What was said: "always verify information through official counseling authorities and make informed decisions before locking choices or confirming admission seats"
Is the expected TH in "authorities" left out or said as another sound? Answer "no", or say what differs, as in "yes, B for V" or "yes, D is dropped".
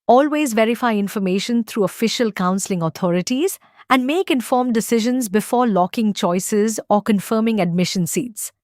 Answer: yes, T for TH